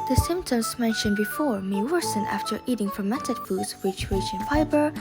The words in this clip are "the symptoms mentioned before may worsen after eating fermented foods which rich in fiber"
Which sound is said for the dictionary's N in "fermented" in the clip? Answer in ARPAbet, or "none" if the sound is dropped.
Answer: none